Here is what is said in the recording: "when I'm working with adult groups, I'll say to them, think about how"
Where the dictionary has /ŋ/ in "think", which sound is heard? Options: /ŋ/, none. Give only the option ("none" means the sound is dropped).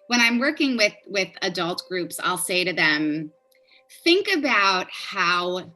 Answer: /ŋ/